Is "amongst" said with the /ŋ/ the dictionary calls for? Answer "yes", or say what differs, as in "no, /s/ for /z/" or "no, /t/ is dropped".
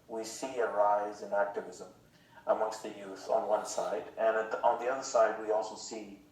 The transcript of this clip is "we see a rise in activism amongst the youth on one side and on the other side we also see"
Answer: yes